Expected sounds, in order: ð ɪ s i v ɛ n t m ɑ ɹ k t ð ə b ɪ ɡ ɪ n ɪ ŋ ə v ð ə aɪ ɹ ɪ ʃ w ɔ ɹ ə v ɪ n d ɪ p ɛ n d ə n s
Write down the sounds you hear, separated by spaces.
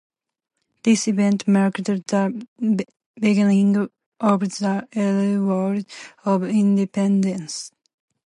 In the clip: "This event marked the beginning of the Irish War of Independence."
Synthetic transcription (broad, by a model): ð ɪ s i v ɛ n t m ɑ ɹ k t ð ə b ɪ ɡ ɪ n ɪ ŋ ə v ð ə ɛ l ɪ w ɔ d ə v ɪ n d ɪ p ɛ n d ə n s